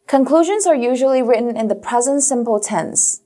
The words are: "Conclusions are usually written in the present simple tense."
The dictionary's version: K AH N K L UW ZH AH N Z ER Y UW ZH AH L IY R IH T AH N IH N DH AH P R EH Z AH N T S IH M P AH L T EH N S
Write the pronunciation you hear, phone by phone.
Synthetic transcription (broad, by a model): K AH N K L UW ZH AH N Z ER Y UW ZH AH L IY R IH T N IH N DH AH P R EH Z AH N T S IH M P AH L T EH N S